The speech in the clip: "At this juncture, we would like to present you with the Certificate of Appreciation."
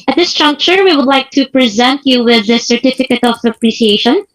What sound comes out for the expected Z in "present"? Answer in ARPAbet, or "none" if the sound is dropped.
Z